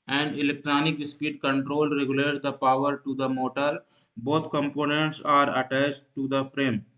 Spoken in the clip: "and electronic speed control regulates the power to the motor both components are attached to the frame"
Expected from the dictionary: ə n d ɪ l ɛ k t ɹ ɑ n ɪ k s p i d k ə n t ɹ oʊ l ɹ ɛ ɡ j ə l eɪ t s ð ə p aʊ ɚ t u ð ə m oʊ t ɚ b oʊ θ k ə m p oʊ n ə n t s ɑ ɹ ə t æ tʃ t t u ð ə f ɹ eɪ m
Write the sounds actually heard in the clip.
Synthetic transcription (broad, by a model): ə n d ɪ l ɛ k t ɹ ɑ n ɪ k s p i d k ə n t ɹ oʊ l ɹ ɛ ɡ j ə l eɪ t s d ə p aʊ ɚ t u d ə m oʊ t ɚ b oʊ t k ə m p oʊ n ə n t s ɑ ɹ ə t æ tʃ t t u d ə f ɹ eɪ m